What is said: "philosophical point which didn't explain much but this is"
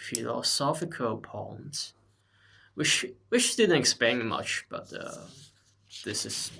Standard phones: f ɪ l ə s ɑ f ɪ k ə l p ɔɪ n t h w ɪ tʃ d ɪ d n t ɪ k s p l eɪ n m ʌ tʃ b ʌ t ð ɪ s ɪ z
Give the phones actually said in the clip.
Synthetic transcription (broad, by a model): f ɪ l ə s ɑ f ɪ k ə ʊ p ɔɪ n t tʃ w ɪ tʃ d ɪ d n t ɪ k s p eɪ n m ʌ tʃ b ʌ t ð ɪ s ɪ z